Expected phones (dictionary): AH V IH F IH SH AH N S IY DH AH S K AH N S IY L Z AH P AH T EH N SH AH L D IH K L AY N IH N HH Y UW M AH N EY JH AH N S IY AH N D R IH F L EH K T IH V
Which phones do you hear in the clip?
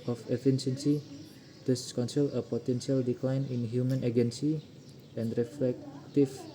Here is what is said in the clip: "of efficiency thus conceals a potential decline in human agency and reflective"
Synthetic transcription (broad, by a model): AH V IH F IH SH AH N S IY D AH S K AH N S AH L AH P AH T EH N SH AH L D IH K L AY N IH N HH Y UW M AH N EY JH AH N S IY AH N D R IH F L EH K T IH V